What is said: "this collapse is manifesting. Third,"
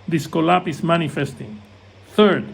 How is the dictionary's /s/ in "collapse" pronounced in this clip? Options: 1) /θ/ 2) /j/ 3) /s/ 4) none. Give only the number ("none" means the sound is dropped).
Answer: 4